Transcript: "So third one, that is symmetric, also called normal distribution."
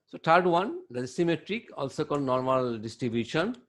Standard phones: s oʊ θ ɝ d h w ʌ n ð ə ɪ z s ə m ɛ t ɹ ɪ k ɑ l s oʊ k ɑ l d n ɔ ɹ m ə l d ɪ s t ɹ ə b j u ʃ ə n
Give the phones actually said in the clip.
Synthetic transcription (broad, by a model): s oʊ t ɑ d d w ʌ n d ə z s ə m ɛ t ɹ ɪ k ɑ l s oʊ k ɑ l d n ɔ ɹ m ə l d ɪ s t ɹ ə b j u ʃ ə n